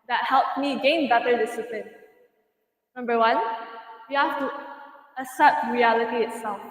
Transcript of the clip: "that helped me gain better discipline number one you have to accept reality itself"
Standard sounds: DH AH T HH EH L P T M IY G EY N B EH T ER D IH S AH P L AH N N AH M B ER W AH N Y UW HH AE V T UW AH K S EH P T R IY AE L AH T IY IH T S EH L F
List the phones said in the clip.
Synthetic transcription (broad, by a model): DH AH T HH EH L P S M IY G EY N B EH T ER D IH S AH P L AH N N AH M B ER W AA N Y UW HH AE F T UW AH S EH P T R IY AE L AH T IY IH T S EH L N